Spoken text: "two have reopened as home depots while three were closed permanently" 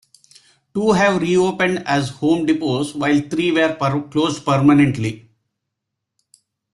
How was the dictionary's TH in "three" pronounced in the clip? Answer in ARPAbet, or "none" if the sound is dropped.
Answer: T